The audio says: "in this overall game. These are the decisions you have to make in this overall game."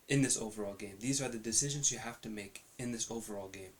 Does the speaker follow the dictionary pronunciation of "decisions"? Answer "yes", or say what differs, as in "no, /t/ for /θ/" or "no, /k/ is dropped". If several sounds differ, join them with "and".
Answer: yes